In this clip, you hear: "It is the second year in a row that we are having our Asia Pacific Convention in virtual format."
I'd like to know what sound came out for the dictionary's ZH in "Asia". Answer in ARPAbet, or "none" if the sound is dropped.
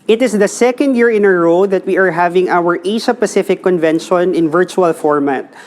SH